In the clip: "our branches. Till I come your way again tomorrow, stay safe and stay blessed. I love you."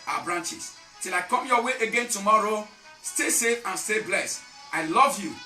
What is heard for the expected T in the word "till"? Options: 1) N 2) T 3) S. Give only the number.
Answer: 2